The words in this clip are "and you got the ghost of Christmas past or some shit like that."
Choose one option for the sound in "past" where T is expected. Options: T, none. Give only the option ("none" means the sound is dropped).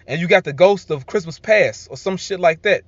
none